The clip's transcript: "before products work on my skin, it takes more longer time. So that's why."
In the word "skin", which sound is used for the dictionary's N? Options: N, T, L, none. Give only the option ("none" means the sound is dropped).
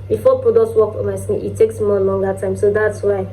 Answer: none